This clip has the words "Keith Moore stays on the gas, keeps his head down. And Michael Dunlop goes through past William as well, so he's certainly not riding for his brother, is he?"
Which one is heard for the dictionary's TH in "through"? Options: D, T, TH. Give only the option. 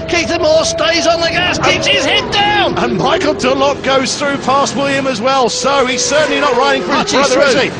TH